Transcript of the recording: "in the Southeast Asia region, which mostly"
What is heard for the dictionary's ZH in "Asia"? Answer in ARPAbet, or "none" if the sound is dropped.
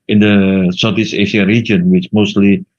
SH